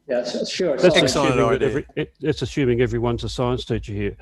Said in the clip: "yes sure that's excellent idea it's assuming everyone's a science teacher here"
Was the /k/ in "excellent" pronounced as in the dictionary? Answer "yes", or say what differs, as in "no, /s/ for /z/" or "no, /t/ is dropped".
no, /k/ is dropped